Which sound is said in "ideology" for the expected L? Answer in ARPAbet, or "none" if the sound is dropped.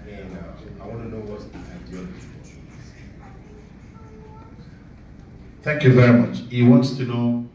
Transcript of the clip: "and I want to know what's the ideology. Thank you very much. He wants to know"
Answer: N